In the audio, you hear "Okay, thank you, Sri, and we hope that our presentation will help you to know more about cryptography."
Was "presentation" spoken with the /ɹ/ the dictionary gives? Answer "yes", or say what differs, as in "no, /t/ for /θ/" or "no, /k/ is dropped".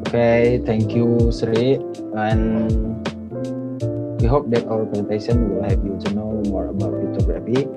no, /ɹ/ is dropped